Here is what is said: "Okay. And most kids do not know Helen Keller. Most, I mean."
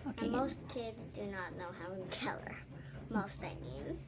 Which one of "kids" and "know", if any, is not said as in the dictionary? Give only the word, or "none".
none